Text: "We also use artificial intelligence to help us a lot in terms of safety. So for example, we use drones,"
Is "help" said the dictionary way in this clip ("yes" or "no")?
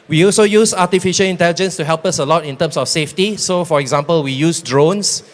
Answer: yes